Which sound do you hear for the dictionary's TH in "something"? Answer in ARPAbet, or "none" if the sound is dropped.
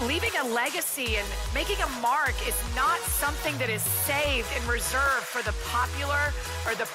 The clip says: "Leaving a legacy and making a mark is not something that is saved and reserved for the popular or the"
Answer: TH